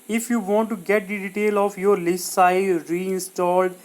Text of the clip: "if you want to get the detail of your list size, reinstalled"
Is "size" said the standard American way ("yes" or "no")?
no